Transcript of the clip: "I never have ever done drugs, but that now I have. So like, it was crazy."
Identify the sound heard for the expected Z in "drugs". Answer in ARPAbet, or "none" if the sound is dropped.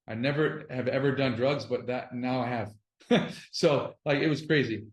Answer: Z